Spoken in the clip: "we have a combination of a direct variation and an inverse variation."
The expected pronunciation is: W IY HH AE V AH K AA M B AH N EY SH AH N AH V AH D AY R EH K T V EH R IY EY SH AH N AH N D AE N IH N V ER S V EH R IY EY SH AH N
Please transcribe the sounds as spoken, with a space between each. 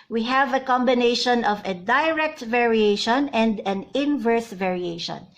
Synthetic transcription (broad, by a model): W IY HH AE V AH K AA M B AH N EY SH AH N AH V AH D AY R EH K T V EH R IY EY SH AH N AH N D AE N IH N V ER S V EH R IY EY SH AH N